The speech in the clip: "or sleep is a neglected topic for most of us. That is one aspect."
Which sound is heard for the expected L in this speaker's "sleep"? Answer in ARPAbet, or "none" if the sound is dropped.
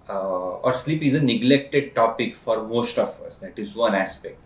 L